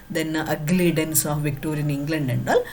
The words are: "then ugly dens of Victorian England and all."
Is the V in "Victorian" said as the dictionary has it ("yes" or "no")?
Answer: yes